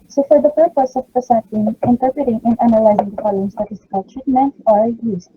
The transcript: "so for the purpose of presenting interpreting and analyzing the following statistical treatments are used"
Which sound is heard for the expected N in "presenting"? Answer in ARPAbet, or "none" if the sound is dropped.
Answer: none